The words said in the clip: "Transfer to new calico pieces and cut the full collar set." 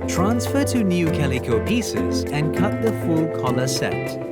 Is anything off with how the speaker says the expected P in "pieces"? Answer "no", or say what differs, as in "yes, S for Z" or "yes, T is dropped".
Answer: no